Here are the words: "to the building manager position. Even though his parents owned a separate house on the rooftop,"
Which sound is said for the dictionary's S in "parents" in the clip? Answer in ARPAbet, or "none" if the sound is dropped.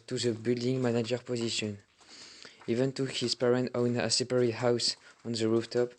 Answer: none